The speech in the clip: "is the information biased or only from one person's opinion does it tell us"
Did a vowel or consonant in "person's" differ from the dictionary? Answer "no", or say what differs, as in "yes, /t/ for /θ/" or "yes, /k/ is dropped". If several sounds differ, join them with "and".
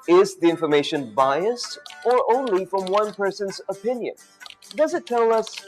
no